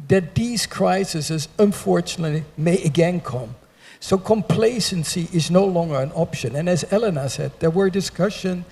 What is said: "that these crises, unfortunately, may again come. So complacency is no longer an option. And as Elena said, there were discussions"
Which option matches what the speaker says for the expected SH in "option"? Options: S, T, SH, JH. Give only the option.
SH